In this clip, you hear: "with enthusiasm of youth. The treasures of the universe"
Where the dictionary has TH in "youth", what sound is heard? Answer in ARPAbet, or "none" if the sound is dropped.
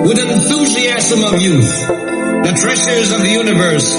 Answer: TH